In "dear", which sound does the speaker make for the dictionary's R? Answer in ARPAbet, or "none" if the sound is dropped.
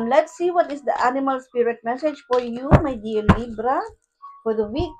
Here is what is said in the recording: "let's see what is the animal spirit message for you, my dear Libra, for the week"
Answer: L